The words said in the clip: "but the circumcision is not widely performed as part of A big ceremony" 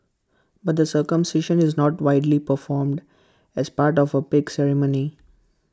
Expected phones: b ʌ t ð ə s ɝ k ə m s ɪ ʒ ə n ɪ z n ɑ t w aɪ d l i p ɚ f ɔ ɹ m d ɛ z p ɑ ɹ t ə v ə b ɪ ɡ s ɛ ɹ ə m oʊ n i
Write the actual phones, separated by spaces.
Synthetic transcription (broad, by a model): b ʌ t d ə s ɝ k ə m s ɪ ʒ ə n ɪ z n ɑ t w aɪ d l i p ɚ f ɔ ɹ m d ɛ z p ɑ ɹ t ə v ə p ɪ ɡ s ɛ ɹ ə m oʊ n i